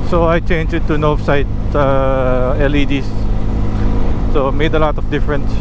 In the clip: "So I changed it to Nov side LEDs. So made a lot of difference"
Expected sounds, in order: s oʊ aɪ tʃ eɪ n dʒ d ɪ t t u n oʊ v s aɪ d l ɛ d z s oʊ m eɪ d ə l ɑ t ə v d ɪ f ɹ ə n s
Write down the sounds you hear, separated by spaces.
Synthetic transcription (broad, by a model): s oʊ aɪ tʃ eɪ n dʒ ɪ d t u n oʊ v s aɪ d l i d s s oʊ m eɪ d ə l ɑ t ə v d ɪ f ɹ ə n s